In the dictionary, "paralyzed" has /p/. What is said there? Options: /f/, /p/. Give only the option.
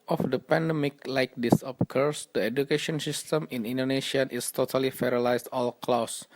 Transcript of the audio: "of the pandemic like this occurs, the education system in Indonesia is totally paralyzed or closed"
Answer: /f/